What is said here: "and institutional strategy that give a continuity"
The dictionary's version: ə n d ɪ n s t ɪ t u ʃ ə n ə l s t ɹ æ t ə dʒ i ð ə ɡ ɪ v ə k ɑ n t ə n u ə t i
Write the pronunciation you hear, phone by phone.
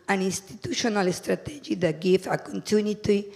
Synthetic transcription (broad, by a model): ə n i n s t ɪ t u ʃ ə n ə l s t ɹ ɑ t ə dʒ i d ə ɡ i f ə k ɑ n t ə n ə t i